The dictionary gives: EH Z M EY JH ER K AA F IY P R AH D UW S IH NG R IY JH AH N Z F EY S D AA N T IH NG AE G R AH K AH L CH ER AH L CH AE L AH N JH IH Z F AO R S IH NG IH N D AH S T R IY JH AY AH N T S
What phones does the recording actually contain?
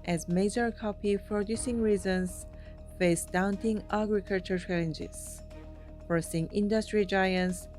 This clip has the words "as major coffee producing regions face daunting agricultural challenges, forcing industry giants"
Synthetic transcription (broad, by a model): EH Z M EY JH ER K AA P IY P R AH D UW S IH NG R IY Z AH N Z F EY S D AA N T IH NG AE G R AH K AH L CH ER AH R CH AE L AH N JH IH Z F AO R S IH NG IH N D AH S T R IY JH AY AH N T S